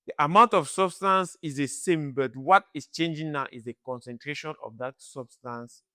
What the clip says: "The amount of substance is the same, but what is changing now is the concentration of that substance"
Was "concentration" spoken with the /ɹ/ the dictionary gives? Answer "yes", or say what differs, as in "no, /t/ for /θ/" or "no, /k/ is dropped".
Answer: yes